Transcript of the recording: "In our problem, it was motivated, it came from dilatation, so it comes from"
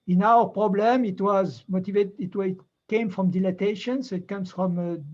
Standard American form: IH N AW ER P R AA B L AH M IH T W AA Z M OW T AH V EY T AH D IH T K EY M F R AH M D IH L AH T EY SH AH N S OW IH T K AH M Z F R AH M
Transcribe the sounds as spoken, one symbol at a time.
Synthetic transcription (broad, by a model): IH N AW ER P R AA B L AH M IH T W AA Z M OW T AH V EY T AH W IH T K EY M F R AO M D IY L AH T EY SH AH N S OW IH T K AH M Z F R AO M